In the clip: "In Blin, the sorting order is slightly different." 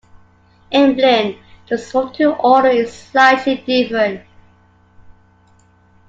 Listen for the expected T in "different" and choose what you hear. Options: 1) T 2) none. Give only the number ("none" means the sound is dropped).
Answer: 2